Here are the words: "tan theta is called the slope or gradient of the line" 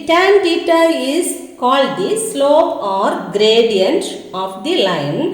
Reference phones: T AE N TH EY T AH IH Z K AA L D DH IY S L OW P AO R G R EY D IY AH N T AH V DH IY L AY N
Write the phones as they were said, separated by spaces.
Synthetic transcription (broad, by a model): T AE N T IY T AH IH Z K AA L D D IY S L OW P AO R G R EY D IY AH N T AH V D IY L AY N